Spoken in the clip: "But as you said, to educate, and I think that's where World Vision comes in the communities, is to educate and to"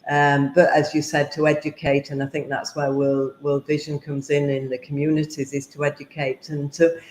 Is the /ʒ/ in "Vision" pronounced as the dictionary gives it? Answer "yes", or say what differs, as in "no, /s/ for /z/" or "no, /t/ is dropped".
yes